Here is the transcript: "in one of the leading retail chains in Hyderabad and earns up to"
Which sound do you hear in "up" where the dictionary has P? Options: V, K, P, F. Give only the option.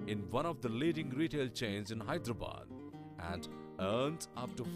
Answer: F